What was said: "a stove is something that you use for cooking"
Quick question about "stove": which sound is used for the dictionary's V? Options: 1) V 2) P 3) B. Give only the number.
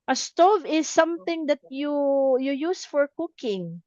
1